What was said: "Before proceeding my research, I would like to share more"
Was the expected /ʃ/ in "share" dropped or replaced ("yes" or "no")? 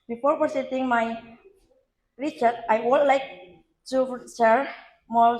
yes